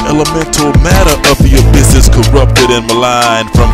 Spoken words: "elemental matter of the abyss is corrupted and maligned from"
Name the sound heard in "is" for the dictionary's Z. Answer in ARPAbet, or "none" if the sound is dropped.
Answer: S